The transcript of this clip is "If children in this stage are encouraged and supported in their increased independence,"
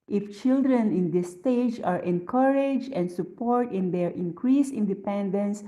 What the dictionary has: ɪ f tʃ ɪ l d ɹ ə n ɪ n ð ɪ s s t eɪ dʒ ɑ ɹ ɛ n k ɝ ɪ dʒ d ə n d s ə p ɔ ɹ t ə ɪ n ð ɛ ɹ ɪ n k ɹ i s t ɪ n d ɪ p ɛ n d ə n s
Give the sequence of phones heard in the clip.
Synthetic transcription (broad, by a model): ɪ f tʃ ɪ l d ɹ ə n ɪ n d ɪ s s t eɪ dʒ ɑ ɹ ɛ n k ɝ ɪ dʒ ə n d s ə p ɔ ɹ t ɪ n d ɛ ɹ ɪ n k ɹ i s ɪ n d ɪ p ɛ n d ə n s